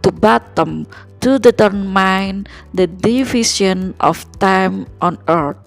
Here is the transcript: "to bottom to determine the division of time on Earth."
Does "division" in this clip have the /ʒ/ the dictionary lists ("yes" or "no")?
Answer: no